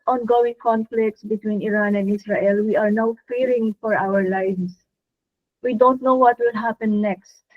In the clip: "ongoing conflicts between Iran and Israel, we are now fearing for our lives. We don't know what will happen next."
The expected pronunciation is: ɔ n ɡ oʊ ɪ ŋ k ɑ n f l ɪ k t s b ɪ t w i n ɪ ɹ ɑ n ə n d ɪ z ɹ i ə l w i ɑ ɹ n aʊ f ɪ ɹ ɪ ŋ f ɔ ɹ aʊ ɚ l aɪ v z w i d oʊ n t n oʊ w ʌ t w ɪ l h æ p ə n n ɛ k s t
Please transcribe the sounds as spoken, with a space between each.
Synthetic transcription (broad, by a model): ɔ n ɡ oʊ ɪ ŋ k ɑ n f l ɪ k t s b ɪ t w i n ɪ ɹ ɑ n ə n d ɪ s ɹ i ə l w i ɑ ɹ n aʊ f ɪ ɹ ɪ ŋ f ɔ ɹ aʊ ɚ l aɪ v s w i d oʊ n t n oʊ w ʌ t w ɪ l h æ p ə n n ɛ k s t